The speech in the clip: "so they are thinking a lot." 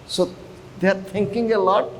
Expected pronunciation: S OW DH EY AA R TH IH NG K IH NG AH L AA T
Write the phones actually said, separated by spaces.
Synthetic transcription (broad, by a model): S OW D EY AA R T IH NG K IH NG AH L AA T